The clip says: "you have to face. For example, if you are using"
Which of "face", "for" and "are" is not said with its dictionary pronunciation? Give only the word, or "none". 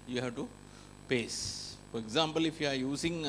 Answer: face